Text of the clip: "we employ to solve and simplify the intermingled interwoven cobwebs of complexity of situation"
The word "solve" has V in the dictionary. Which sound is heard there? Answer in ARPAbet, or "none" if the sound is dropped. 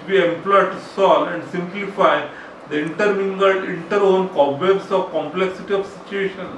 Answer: none